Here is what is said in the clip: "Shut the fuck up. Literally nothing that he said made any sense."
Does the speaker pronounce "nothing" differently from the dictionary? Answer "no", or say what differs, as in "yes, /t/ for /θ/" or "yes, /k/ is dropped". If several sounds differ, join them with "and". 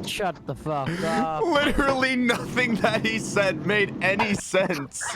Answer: no